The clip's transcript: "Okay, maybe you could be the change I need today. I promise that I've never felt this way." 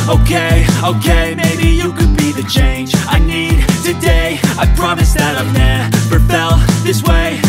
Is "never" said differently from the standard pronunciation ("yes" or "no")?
yes